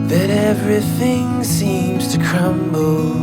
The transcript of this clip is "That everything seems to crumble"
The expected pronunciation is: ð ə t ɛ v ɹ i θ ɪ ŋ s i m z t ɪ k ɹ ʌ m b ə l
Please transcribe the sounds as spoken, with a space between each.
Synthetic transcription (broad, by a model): ð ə t ɛ v ɹ i θ ɪ ŋ s i m z t ɪ k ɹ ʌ m b l